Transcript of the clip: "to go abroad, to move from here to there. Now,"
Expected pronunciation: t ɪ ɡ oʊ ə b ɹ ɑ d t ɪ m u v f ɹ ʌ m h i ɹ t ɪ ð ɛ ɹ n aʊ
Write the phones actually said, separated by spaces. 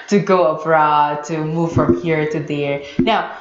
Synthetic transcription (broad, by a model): t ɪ ɡ oʊ ə b ɹ ɑ d t ɪ m u v f ɹ ʌ m h i ɹ t ɪ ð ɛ ɹ n aʊ